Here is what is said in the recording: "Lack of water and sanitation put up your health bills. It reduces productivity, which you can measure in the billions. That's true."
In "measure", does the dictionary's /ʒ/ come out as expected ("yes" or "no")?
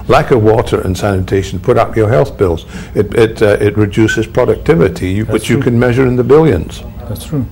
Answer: yes